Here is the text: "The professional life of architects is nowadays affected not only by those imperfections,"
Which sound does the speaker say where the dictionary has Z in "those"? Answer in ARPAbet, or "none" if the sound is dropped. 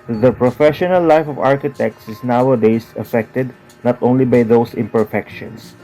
S